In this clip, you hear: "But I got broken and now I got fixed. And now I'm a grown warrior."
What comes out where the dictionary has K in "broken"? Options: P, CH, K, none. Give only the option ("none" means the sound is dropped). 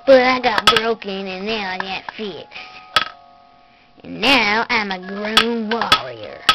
K